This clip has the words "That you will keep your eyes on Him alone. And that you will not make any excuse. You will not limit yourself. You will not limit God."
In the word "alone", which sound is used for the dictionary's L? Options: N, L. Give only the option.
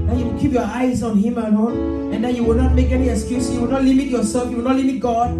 N